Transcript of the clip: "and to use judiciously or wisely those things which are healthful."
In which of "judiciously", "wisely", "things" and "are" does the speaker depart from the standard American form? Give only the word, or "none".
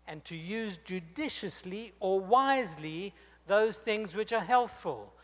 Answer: none